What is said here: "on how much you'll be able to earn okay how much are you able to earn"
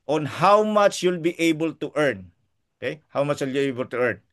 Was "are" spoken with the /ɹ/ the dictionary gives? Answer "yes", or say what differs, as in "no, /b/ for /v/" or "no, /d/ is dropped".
no, /l/ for /ɹ/